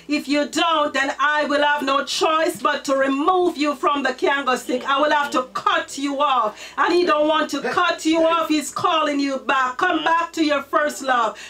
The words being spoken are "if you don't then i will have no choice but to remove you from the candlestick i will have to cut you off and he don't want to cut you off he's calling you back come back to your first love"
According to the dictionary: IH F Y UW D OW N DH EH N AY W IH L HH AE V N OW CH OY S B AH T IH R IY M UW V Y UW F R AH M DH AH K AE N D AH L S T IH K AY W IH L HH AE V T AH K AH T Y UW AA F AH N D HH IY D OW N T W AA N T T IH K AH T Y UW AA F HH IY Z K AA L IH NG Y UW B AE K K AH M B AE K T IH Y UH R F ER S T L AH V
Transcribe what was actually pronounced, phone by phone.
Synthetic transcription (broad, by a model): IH F Y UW D OW N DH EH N AY W IH L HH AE V N OW CH OY S B AH T IH R IY M UW V Y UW F R AH M DH AH K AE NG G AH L S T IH K AY W IH L HH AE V T AH K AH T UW AA F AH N HH IY D OW N T W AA N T T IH K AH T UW AA F HH IY Z K AA L IH NG Y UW B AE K K AH M B AE K T IH Y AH R F ER S T L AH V